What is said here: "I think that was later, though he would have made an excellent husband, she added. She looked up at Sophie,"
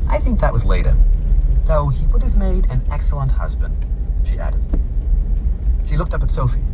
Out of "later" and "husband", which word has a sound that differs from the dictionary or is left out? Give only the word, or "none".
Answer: none